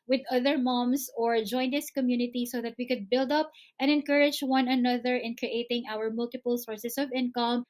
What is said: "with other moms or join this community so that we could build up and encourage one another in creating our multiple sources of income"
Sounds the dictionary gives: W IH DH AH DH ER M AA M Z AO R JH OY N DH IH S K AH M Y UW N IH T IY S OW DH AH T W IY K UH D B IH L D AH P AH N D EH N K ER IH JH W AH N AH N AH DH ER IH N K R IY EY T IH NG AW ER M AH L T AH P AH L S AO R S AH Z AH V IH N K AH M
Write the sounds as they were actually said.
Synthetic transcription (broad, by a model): W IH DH AH DH ER M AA M S AO R JH OY N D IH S K AH M Y UW N IH T IY S OW DH AH T W IY K UH D B IH L D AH P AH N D EH N K ER IH JH W AH N AH N AH DH ER IH N K R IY EY T IH NG AW ER M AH L T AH P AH L S AO R S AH S AH V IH N K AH M